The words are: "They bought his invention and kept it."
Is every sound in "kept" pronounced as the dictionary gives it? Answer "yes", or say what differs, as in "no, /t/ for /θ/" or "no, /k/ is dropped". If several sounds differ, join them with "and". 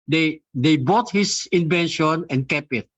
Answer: no, /t/ is dropped